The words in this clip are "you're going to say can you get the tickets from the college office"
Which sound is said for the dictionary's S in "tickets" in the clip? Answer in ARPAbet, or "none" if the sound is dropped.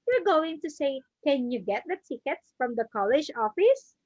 S